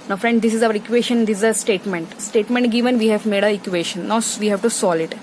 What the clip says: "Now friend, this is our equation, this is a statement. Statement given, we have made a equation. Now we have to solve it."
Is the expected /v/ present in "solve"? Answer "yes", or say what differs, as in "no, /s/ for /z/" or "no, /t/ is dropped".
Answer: no, /v/ is dropped